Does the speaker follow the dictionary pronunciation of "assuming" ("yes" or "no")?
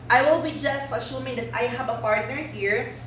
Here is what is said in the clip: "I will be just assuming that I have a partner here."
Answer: no